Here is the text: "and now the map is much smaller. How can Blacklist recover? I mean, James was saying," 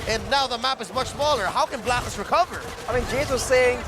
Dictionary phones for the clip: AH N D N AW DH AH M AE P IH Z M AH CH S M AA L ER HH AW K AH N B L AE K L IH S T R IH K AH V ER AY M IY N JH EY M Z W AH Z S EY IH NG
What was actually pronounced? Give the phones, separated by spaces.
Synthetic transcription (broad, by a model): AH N N AW DH AH M AE P IH Z M AH CH S M AA L ER HH AW K AH N B L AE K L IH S R IH K AH V ER AY M IY N JH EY Z W AH Z S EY IH NG